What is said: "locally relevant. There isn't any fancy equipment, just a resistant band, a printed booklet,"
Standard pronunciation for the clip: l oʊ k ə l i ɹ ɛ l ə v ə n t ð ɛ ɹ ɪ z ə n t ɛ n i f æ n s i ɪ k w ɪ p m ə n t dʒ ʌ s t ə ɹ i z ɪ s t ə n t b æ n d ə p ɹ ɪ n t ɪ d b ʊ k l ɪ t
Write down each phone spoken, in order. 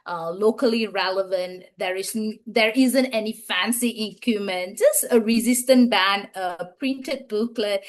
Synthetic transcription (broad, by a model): l oʊ k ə l i ɹ ɛ l ə v ə n t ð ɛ ɹ ɪ z ə n t ɛ n i f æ n s i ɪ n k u m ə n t dʒ ʌ s t ə ɹ i z ɪ s t ə n t b æ n d ə p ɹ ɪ n t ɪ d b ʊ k l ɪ